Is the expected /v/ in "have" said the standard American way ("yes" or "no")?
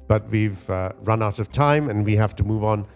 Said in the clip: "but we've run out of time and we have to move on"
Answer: no